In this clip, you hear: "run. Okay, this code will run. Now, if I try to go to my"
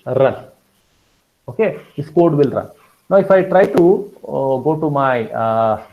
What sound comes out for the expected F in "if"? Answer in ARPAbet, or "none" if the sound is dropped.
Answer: F